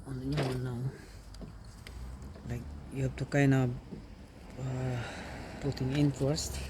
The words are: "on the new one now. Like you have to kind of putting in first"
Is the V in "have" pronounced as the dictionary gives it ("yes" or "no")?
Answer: no